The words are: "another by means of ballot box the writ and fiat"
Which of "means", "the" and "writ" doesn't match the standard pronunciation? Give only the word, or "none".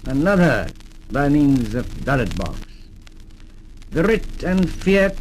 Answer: none